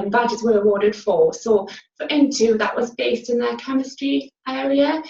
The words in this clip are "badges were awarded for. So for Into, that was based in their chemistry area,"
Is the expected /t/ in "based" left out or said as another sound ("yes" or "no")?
no